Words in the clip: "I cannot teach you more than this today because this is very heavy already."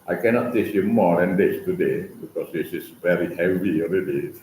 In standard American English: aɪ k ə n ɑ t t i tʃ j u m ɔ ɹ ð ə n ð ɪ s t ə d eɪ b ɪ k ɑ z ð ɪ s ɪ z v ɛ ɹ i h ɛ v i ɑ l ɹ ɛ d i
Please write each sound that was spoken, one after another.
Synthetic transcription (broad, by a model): aɪ k ə n ɑ t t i s j u m ɔ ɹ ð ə n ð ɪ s t ə d eɪ b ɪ k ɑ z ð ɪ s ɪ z v ɛ ɹ i h ɛ v i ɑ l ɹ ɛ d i